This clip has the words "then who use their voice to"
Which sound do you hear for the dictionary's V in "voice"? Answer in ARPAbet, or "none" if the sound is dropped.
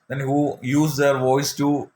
V